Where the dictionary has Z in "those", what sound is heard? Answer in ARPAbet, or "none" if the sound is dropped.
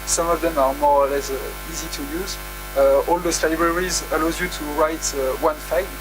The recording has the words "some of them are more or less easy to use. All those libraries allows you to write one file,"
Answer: S